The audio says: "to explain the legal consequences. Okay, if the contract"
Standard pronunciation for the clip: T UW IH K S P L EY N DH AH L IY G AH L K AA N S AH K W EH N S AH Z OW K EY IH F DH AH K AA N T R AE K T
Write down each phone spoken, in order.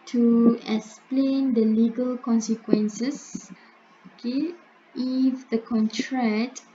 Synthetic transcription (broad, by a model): T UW IH K S P L EY N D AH L IY G AH L K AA N S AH K W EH N S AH S OW K EY IH F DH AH K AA N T R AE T